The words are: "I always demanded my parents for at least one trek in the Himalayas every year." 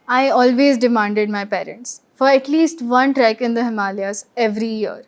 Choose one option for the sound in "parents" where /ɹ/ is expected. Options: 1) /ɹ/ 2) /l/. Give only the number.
1